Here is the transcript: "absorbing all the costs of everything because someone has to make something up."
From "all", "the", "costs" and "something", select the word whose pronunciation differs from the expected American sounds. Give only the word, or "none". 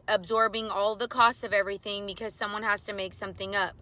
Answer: none